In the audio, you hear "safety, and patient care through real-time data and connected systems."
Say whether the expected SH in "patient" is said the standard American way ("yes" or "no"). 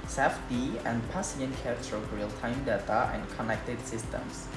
no